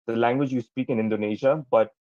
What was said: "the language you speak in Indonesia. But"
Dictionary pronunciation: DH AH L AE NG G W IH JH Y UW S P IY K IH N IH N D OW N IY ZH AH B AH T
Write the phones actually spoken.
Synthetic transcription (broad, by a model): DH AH L AE NG G W IH JH Y UW S P IY K IH N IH N D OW N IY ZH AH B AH T